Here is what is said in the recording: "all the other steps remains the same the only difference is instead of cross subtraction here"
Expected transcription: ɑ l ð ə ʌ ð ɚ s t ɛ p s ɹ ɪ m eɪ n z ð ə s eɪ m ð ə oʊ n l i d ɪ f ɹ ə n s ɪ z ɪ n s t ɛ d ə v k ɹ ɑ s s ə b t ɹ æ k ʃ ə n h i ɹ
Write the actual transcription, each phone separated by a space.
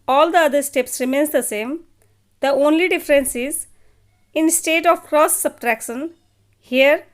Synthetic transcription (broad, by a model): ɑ l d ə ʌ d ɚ s t ɛ p s ɹ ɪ m eɪ n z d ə s eɪ m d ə oʊ n l i d ɪ f ɹ ə n s ɪ z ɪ n s t ɛ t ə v k ɹ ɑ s s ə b t ɹ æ k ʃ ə n h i ɹ